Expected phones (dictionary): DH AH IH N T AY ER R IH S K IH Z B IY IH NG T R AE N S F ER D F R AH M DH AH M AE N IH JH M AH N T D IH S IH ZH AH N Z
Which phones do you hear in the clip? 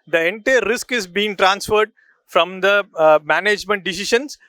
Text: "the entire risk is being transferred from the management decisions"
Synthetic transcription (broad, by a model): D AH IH N T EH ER R IH S K IH Z B IY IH NG T R AE N S F ER D F R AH M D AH M AE N IH JH M AH N T D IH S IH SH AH N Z